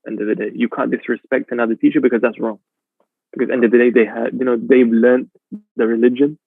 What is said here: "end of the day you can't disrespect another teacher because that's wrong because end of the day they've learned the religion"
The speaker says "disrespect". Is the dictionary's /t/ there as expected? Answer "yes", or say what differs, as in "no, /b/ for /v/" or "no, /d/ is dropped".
yes